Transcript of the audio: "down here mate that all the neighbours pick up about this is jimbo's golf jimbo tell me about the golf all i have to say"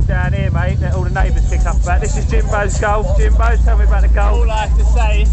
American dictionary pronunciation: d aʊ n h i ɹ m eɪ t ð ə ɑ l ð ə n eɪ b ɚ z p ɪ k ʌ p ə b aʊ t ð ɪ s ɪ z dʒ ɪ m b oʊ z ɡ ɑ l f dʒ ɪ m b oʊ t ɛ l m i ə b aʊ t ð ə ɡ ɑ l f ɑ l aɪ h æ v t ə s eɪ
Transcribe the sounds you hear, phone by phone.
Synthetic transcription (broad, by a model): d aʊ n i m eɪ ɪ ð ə ɑ l ð ə n eɪ b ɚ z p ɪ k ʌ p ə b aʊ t ð ɪ s ɪ z dʒ ɪ m b oʊ z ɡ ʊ l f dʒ ɪ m b oʊ t ɛ l m i ə b aʊ t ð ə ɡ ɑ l ɑ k t ə s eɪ